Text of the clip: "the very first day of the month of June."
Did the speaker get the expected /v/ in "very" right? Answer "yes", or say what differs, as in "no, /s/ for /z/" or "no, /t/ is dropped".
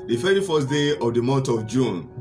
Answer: no, /f/ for /v/